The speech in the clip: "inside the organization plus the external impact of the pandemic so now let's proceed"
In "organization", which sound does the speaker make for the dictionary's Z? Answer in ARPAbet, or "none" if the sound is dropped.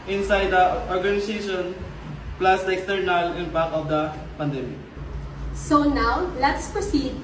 S